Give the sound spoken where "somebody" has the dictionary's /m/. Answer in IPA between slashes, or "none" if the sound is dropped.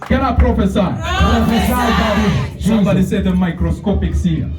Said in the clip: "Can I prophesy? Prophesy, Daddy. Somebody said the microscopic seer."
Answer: none